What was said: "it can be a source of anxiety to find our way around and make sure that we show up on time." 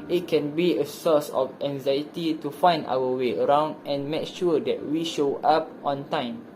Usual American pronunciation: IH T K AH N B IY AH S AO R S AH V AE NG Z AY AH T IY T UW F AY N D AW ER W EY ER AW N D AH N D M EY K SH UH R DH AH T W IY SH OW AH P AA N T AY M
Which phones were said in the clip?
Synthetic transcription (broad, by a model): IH T K AH N B IY AH S AO S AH F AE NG Z AY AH T IY T UW F AY N D AW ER W EY ER AW N D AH N M EY K SH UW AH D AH T W IY SH OW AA P AA N T AY M